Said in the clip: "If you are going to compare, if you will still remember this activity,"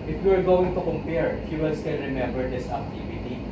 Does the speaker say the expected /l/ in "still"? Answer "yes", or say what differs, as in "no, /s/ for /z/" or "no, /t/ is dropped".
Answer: no, /n/ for /l/